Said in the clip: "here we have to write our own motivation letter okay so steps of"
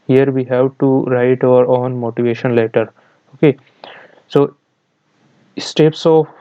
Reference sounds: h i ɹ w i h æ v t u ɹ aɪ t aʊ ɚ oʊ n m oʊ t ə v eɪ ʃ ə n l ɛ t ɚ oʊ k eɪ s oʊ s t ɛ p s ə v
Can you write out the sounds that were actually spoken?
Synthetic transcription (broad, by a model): h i ɹ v i h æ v t u ɹ aɪ t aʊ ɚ oʊ n m oʊ t ə v eɪ ʃ ə n l ɛ t ɚ oʊ k eɪ s oʊ s t ɛ p s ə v